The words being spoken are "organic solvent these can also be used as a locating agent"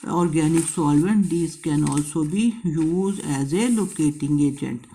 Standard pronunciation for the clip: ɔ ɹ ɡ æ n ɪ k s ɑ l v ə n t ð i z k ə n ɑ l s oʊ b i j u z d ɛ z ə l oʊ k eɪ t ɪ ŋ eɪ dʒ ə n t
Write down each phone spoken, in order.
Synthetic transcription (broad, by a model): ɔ ɹ ɡ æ n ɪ k s ɑ l v ə n t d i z k ə n ɑ l s oʊ b i j u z ɛ z ə l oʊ k eɪ t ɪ ŋ eɪ dʒ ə n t